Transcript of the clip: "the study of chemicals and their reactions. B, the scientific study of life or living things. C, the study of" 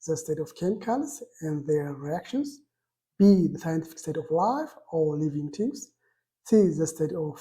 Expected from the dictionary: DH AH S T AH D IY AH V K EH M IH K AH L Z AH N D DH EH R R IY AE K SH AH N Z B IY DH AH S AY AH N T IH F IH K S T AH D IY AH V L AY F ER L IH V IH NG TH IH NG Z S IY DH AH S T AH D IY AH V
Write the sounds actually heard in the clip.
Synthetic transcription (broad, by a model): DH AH S T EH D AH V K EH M K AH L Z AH N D DH EH R R IY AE K SH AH N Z B IY DH AH S AY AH N T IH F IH K S T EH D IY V L AY F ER L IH V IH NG T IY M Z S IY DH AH S T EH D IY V